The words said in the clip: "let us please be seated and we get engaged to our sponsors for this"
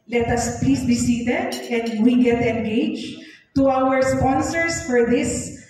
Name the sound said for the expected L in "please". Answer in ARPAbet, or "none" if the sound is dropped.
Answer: none